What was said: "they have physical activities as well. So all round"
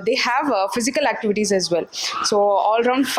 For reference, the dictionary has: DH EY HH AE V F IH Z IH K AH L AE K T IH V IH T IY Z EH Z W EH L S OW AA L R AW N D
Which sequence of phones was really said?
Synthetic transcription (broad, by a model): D EY HH AE V F IH Z IH K AH L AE K T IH V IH T IY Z EH Z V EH L S OW AA L R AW N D